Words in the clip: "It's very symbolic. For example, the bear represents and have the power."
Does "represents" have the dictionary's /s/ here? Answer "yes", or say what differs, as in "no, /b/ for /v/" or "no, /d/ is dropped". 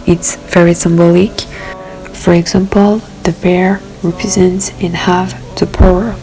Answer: yes